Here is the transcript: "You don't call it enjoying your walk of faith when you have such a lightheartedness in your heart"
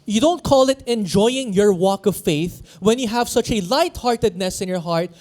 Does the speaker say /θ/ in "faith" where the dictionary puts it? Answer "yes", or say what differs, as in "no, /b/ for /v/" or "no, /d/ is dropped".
yes